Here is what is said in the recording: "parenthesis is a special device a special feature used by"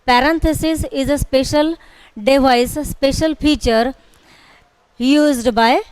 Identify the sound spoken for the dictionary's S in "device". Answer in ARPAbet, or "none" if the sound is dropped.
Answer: none